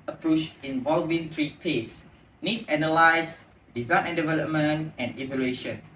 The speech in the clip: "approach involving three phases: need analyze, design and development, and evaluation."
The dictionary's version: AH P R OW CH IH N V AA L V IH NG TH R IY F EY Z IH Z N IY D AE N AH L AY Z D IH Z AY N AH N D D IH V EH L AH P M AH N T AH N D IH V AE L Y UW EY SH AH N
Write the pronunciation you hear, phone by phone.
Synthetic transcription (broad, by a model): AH P R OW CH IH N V AA L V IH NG T R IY P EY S N IY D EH N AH L AY S D IH Z AY N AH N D D IH V EH L AH P M AH N T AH N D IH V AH L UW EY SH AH N